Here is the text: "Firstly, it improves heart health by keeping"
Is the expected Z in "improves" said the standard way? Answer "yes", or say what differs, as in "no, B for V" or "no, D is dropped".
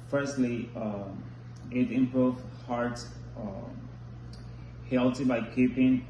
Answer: no, Z is dropped